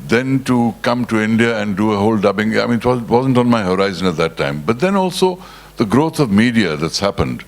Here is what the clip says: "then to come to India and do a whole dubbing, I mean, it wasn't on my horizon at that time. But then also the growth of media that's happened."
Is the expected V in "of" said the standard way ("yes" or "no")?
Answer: yes